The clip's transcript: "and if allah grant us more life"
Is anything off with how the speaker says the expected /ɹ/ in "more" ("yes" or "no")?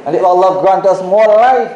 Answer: yes